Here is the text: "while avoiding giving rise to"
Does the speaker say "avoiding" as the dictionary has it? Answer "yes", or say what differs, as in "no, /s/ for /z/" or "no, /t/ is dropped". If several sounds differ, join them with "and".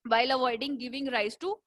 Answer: yes